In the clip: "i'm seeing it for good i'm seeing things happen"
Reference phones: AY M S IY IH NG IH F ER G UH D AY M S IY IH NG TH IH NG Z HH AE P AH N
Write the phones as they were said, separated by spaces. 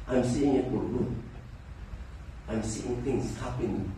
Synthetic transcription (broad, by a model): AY M S IY IH NG IH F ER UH AY M S IY IH NG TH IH NG S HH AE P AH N